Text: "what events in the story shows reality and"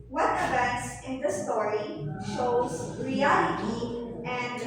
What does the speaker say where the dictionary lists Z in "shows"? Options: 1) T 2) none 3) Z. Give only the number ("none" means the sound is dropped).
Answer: 3